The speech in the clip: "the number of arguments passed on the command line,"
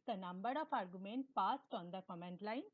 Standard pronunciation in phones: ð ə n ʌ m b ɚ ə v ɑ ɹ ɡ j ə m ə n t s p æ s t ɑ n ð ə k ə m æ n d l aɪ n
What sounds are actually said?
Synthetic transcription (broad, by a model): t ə n ʌ m b ɚ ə p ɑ ɹ ɡ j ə m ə n t p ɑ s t ɑ n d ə k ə m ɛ n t l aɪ n